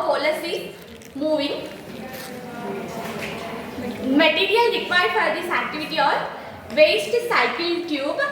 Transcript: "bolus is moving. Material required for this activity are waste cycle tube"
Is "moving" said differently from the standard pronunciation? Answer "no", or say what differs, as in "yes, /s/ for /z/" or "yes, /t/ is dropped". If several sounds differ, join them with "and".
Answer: no